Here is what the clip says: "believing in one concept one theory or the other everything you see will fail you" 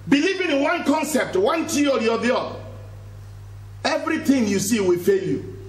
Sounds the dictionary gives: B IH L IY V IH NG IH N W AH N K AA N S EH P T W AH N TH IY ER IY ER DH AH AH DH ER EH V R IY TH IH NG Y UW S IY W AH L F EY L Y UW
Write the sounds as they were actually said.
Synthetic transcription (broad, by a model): B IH L IY V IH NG IH N W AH N K AA N S EH P T W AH N T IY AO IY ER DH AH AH ER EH V R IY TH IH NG Y UW S IY W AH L F EY L Y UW